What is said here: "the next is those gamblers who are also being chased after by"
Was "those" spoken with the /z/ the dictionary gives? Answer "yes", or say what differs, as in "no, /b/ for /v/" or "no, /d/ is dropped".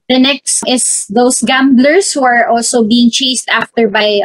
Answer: no, /s/ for /z/